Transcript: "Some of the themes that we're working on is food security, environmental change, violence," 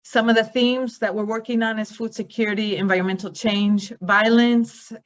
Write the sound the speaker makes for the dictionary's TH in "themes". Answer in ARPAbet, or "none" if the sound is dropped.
TH